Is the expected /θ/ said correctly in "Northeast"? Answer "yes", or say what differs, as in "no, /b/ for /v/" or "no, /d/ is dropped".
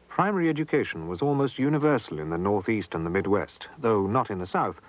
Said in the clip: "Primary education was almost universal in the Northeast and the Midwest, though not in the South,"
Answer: yes